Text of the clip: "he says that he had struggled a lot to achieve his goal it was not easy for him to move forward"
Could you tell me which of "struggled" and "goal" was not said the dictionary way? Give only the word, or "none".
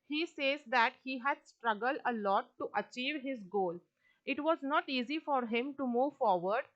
none